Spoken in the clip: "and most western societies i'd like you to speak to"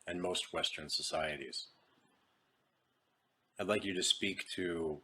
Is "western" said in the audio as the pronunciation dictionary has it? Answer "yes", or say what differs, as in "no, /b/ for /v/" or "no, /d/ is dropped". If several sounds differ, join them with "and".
yes